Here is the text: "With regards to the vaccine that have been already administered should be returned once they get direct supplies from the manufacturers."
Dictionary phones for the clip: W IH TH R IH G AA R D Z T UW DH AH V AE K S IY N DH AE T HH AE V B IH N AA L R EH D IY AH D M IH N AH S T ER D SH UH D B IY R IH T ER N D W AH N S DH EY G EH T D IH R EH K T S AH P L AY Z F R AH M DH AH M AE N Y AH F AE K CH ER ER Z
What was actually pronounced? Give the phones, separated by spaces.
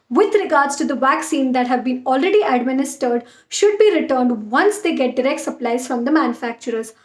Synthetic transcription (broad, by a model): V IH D R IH G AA R D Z T UW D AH V AE K S IY N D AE T HH AE V B IH N AA L R EH D IY AH D M IH N AH S T ER D SH UH D B IY R IH T ER N D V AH N S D EY G EH T D IH R EH K T S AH P L AY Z F R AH M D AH M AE N Y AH F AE K CH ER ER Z